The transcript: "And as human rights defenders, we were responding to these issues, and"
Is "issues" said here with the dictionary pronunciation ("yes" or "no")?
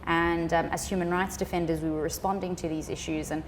yes